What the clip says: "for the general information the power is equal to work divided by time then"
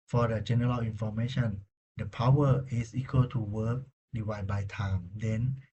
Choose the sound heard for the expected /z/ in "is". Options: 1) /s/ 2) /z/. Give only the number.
1